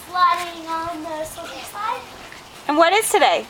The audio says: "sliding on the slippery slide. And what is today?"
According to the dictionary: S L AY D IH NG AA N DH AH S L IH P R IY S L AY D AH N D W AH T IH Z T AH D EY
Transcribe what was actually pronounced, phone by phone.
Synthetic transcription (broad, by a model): L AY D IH NG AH N DH AH S AO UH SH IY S AY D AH N W AH T IH Z T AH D EY